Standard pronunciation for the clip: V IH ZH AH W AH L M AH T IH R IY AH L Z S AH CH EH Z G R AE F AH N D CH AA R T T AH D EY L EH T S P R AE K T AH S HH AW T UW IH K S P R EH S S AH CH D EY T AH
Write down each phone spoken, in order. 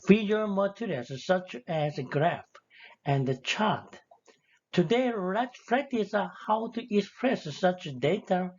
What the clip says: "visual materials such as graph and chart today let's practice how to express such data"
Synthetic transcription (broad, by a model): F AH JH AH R M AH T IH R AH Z S AH CH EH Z G R AE F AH N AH CH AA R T T AH D EY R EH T P R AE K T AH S HH AW T UW IH K S P R EH S S AH CH D EY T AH